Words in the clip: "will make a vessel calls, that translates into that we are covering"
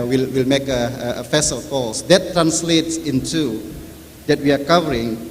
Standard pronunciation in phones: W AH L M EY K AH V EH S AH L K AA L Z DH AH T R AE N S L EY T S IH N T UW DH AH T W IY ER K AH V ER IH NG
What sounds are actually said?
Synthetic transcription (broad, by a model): W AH L M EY K AH F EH S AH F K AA L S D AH T R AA N S L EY T S IH N T UW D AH T W IY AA K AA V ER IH NG